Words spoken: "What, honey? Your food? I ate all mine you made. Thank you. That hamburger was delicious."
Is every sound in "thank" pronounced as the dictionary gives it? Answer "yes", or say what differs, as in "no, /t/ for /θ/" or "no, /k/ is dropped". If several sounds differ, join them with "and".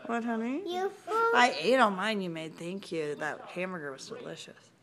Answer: yes